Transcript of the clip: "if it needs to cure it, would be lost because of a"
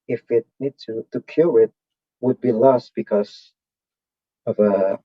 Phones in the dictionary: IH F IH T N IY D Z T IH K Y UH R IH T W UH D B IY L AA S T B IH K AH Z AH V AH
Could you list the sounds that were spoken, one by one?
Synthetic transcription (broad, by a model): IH F IH T N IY D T T IH K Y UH L IH T W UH D B IY L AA S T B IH K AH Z AH V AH